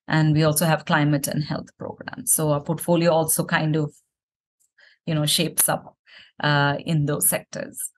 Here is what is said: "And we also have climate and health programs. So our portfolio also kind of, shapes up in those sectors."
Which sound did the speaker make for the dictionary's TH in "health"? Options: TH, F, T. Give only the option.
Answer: T